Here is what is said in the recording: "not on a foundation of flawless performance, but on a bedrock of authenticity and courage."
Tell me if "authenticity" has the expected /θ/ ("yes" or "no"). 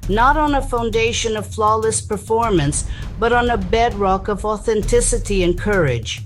yes